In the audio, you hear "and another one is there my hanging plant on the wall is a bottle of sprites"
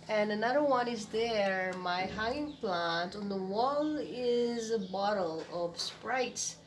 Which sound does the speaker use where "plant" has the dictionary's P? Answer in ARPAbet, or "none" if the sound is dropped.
P